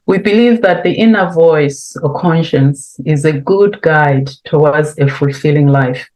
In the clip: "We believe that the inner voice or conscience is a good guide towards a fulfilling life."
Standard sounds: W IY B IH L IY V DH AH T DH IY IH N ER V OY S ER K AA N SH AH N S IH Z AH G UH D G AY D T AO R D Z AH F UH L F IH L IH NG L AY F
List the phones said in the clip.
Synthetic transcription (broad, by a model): W IY B IH L IY V DH AH T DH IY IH N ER V OY S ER K AA N SH AH N S IH Z AH G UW D G AY D T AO W D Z AH F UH L F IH L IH NG L AY F